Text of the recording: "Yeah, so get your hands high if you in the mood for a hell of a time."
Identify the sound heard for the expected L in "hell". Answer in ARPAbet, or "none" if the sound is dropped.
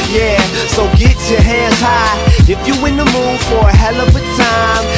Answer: L